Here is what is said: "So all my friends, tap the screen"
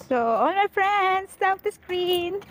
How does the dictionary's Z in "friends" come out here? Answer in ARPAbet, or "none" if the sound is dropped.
S